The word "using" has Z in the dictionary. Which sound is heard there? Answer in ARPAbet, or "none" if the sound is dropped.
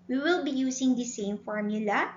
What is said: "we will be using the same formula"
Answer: S